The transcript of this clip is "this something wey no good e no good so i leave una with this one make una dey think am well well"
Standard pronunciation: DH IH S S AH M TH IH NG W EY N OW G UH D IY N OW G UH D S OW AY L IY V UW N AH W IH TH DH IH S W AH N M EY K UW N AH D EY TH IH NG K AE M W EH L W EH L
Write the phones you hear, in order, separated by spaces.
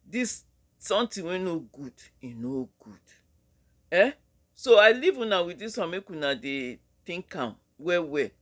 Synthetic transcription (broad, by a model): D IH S S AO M T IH W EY N OW G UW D IY N OW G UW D S OW AY L IY V UW N AH W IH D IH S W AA M EY K UW N AH D EY T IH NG K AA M W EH W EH